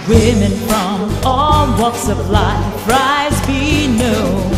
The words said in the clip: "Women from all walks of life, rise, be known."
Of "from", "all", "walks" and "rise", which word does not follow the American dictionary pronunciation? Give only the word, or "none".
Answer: none